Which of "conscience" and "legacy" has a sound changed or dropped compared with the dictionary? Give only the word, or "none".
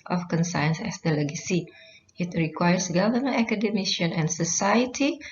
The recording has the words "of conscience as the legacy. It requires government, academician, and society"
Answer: conscience